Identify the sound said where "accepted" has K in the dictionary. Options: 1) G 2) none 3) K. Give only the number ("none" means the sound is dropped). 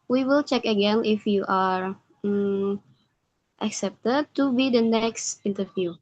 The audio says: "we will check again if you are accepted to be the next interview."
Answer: 3